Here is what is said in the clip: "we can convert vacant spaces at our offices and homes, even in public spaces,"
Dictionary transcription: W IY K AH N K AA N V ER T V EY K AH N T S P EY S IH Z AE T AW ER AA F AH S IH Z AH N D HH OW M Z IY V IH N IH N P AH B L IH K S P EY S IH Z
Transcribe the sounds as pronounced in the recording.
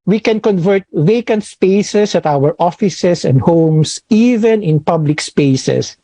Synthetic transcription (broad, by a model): W IY K AH N K AA N V ER T V EY K AH N T S P EY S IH S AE T AW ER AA F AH S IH S AH N D HH OW M S IY V IH N IH N P AH B L IH K S P EY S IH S